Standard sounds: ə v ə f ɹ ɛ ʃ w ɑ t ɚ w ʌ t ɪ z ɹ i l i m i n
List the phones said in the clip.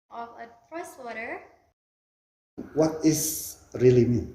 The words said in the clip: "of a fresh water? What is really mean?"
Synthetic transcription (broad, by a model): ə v ə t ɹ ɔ s w ɑ t ɚ w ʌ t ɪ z ɹ i l i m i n